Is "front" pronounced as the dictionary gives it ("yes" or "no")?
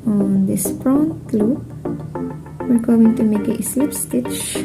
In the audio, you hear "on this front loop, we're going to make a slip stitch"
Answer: no